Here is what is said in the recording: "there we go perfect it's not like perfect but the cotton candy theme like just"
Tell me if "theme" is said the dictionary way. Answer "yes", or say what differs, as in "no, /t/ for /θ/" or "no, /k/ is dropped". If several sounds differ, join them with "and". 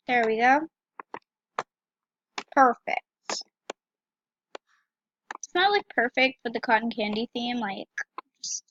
yes